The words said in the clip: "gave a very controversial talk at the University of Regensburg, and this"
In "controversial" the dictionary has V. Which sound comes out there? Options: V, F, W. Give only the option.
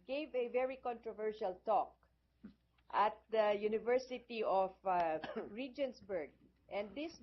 V